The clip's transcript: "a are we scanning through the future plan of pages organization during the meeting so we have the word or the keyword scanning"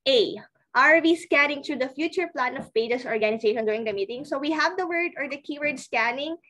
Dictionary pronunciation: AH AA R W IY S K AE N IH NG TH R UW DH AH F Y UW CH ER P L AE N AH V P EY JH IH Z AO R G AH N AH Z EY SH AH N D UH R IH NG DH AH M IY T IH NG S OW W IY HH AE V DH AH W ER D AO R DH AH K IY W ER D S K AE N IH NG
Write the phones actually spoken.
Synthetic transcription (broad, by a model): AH AA R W IY S K AE N IH NG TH R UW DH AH F Y UW CH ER P L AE N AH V P EY JH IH S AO R G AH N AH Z EY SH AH N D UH R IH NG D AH M IY T IH NG S OW W IY HH AE V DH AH W ER D AO R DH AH K IY W ER D S K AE N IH NG